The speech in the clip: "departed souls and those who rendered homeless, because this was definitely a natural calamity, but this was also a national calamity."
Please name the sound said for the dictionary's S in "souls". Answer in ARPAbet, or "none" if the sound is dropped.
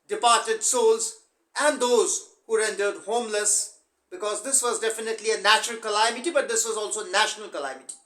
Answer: S